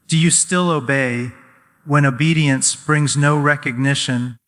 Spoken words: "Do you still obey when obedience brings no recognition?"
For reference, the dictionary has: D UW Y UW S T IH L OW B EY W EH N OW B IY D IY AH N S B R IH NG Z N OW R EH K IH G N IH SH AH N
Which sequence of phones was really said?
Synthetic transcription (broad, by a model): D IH Y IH S T IH L OW B EY W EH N OW B IY D IY AH N S B R IH NG Z N OW R EH K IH G N IH SH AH N